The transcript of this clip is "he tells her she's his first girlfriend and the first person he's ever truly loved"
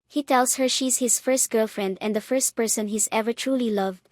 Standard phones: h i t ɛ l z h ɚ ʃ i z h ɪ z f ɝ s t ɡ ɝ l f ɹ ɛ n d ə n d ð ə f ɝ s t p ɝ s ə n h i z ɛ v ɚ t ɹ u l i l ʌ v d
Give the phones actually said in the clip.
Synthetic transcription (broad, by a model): h i t ɛ l s h ɚ ʃ i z h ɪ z f ɝ s t ɡ ɝ l f ɹ ɛ n d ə n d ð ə f ɝ s t p ɝ s ə n h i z ɛ v ɚ t ɹ u l i l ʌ v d